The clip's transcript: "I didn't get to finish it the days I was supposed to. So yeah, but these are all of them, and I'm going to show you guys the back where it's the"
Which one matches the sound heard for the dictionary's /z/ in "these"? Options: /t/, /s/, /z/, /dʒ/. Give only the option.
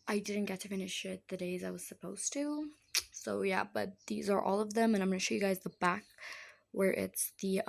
/z/